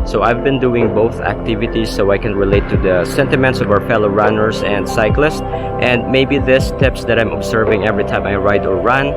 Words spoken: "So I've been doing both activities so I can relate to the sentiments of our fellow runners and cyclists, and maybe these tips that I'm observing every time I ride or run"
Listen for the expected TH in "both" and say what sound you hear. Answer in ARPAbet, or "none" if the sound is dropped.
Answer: TH